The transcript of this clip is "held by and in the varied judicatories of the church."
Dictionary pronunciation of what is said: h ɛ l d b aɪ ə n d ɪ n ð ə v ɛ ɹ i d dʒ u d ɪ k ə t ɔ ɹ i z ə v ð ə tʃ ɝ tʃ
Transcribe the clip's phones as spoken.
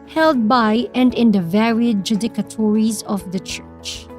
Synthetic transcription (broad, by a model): h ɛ l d b aɪ ə n d ɪ n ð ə v ɛ ɹ i d dʒ u d ɪ k ə t ɔ ɹ i z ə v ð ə tʃ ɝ tʃ